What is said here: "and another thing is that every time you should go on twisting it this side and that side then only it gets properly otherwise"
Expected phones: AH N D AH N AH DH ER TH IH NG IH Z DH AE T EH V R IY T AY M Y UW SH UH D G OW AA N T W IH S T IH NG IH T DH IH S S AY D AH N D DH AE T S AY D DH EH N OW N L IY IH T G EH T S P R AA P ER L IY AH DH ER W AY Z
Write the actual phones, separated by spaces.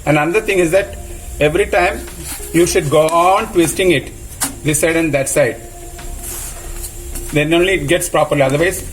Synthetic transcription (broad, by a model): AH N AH N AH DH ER T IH NG IH Z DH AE T EH V R IY T AY M Y UW SH UH D G OW AA N T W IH S T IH NG IH T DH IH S S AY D AH N D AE T S AY D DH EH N OW N L IY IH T G EH T S P R AA P ER L IY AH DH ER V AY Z